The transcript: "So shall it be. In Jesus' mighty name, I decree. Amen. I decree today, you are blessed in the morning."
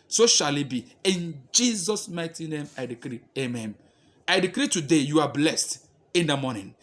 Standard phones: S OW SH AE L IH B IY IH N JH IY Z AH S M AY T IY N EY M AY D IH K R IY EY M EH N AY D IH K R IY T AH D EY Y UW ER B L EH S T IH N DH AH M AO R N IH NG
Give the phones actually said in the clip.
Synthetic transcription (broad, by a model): S OW SH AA L IH B IY IH N JH IY Z AH S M AY T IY N EY M AY D IH K R IY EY M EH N AY D IH K R IY T AH D EY Y UW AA B L EH S T IH N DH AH M AO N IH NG